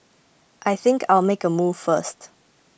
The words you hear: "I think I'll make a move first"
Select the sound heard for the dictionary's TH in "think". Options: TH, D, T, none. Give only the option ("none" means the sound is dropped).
TH